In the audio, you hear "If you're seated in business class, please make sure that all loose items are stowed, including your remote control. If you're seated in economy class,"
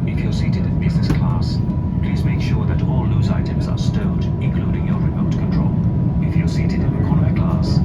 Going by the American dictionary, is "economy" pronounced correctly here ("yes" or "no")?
no